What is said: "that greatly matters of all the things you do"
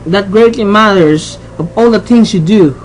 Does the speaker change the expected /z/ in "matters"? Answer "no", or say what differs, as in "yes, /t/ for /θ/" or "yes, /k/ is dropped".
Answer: yes, /s/ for /z/